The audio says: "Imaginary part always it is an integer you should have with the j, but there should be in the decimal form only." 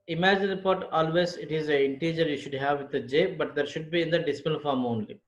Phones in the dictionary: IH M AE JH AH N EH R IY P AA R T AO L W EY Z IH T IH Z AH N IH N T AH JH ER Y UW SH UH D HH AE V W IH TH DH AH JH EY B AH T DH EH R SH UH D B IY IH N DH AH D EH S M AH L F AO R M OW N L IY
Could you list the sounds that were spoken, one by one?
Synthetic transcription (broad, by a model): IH M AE JH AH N R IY P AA R T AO L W EY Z IH T IH Z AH IH N T AH JH ER Y UW SH UH D HH AE V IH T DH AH JH EY B AH T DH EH R SH UH D B IY IH N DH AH D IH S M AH N F AO R M OW N L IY